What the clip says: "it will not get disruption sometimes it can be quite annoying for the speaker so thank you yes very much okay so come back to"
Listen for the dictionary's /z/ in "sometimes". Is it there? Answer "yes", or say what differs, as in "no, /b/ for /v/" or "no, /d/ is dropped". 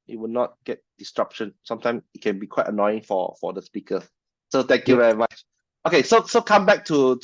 no, /z/ is dropped